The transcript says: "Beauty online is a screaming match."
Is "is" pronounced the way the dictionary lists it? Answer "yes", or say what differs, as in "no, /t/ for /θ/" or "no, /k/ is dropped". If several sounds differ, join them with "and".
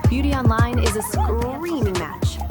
yes